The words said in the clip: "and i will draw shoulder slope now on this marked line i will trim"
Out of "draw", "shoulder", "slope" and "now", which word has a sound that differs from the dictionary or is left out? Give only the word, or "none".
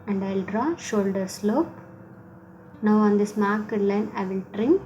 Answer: none